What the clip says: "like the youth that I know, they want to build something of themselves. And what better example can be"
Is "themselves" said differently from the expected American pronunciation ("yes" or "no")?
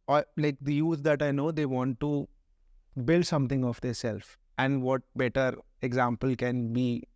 yes